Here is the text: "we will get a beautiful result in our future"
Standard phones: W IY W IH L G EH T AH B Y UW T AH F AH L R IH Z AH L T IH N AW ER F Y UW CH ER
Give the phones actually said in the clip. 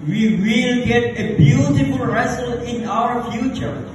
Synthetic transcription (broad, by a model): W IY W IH L G EH T AH B Y UW T AH F AH L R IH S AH L IH N AW ER F Y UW CH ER